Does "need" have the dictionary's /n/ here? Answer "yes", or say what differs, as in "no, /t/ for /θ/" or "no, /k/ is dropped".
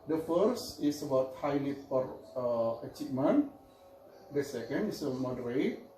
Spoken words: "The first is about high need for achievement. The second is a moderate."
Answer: no, /l/ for /n/